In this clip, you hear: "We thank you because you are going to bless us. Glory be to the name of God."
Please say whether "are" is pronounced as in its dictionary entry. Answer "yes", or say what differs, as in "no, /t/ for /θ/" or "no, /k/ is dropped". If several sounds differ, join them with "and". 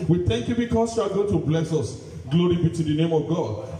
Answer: no, /l/ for /ɹ/